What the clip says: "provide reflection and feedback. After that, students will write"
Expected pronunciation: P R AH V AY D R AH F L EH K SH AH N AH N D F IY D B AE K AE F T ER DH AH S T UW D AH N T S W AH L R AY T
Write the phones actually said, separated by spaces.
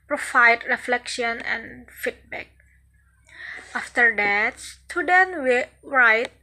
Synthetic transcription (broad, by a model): P R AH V AY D R AH F L EH K SH AH N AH N F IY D B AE K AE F T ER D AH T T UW D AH N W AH R AY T